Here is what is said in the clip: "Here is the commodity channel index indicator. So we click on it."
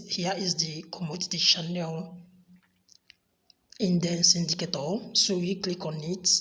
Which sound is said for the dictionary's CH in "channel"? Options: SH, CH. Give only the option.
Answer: SH